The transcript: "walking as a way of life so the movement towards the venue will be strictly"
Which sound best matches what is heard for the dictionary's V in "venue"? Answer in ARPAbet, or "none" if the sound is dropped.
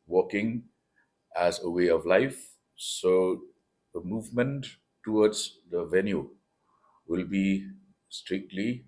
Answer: V